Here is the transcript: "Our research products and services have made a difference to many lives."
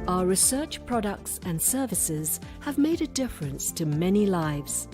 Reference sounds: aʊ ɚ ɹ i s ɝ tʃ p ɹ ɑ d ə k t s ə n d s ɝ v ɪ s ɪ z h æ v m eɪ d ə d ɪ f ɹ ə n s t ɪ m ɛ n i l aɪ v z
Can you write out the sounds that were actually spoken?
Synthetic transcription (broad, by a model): aʊ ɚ ɹ i s ɝ tʃ p ɹ ɑ d ə k t s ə n s ɝ v ɪ s ɪ z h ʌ v m eɪ d ə d ɪ f ɹ ə n s t ɪ m ɛ n i l aɪ v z